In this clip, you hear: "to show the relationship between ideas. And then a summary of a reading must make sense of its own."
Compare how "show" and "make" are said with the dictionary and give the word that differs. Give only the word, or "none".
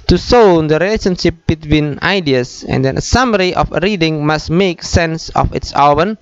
show